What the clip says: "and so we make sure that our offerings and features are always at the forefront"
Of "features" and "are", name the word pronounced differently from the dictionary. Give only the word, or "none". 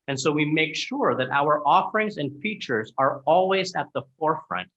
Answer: none